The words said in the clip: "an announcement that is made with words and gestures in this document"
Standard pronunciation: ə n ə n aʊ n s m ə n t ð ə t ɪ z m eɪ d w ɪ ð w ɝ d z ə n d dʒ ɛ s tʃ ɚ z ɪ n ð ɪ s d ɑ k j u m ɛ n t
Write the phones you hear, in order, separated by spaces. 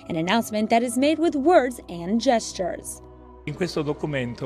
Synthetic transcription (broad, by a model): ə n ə n aʊ n s m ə n ð ə t ɪ z m eɪ d w ɪ ð w ɝ d z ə n dʒ ɛ s tʃ ɚ z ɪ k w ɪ s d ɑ k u m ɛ n t